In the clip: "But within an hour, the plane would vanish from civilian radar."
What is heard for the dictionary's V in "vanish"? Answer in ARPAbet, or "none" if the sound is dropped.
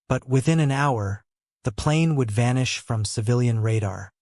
V